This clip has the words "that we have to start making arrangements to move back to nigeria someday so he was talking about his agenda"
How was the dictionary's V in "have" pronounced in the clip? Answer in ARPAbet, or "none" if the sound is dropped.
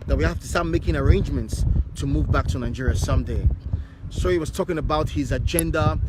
F